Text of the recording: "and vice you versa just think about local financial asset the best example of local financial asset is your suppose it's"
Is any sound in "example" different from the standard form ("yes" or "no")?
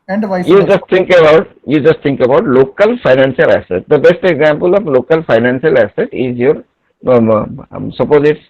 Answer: no